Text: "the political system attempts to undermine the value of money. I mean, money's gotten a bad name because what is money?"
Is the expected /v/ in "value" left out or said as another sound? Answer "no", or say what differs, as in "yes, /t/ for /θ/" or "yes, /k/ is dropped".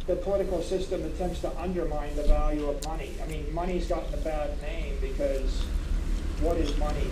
no